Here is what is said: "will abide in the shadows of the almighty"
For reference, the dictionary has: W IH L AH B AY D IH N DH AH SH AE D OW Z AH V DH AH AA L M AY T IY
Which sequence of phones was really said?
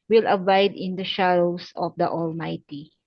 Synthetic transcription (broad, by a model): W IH L AH B AY D IH N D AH SH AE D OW S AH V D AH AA L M AY T IY